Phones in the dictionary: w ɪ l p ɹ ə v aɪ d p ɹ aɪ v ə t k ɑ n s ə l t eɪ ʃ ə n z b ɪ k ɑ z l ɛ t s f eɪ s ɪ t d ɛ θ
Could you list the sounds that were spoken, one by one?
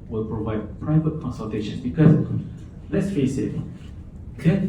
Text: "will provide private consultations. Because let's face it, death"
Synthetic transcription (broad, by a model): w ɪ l p ɹ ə v aɪ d p ɹ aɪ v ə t k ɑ n s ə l t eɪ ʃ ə n s b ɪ k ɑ s l ɛ t s f eɪ s ɪ t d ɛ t